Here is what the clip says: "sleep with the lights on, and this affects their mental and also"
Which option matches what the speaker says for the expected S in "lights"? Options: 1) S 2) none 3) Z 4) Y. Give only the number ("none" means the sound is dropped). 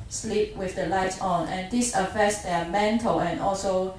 2